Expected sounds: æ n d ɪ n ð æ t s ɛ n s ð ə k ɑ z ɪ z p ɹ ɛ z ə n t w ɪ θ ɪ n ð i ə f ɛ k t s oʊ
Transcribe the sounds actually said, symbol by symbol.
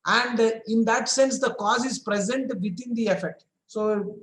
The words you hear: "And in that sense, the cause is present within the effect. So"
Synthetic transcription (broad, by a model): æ n d ɪ n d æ t s ɛ n s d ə k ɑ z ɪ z p ɹ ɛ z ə n t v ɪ t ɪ n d i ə f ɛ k t s oʊ